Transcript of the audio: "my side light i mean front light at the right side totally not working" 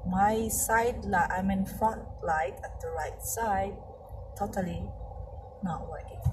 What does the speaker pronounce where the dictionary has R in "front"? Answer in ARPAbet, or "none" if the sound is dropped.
none